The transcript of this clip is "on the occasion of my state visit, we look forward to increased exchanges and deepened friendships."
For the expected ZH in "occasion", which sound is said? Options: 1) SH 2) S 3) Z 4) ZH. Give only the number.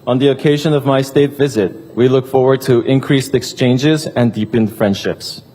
4